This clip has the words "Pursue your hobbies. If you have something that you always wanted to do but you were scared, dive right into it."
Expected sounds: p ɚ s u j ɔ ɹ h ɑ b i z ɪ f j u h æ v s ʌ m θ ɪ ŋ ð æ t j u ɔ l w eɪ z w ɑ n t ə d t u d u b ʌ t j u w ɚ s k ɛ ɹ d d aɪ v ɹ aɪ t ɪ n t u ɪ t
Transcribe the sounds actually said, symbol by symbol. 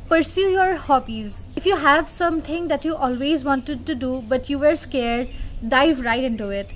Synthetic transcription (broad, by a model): p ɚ s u j ɔ ɹ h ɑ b i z ɪ f j u h æ v s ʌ m t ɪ ŋ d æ t j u ɔ l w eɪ z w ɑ n t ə d t u d u b ʌ t j u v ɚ s k ɛ ɹ d d aɪ v ɹ aɪ t ɪ n t u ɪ t